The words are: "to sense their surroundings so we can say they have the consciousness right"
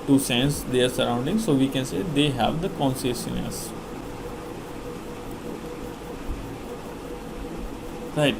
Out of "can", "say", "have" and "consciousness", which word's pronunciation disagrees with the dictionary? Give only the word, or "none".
consciousness